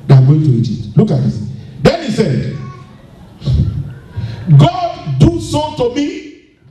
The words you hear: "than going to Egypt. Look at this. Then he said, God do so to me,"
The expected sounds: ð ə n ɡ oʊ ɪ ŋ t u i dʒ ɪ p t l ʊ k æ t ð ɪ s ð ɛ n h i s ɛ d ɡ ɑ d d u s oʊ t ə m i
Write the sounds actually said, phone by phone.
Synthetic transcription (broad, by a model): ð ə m ɡ oʊ ɪ ŋ t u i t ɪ t l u k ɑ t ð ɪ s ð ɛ n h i s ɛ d ɡ ɑ d d u s oʊ t ə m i